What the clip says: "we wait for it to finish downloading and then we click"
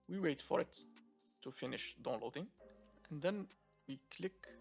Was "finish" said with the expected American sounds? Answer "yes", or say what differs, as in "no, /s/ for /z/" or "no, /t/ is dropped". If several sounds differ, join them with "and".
yes